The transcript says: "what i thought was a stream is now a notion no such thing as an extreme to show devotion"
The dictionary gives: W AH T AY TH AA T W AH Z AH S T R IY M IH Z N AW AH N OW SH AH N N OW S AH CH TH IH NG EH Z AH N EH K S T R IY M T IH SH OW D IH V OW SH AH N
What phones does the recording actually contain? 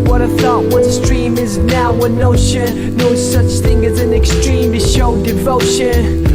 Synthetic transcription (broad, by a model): W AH T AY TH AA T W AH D S T R IY M IH Z N AW AH N OW SH AH N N OW S AH CH TH IH NG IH Z AH N EH K S T R IY M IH SH OW D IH V OW SH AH N